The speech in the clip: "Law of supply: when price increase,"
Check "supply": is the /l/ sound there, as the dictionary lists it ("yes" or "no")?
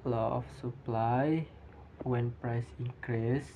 yes